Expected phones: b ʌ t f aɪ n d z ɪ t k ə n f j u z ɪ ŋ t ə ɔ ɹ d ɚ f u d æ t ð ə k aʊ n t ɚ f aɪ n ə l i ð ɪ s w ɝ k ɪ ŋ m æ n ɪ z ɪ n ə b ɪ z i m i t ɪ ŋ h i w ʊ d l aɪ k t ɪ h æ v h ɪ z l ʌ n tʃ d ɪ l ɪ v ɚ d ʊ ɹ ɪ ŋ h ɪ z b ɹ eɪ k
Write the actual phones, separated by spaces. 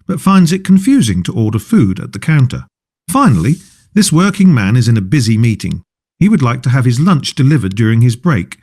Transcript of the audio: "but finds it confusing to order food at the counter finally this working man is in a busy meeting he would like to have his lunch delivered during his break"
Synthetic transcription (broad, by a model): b ʌ t f aɪ n d z ɪ t k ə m f j u z ɪ ŋ t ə ɔ ɹ d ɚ f u d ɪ t ð ə k aʊ n t ɚ f aɪ n l i ð ɪ s w ɝ k ɪ ŋ m æ n ɪ z ɪ n ə b ɪ z i m i t ɪ ŋ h i w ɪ d l aɪ k t ɪ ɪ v ɪ z l ʌ n tʃ d ɪ l ɪ v ɚ d ʊ ɹ ɪ ŋ ɪ z b ɹ eɪ k